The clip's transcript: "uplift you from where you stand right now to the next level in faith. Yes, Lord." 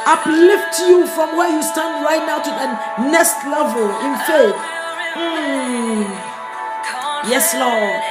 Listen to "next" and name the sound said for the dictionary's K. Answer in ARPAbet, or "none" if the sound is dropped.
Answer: none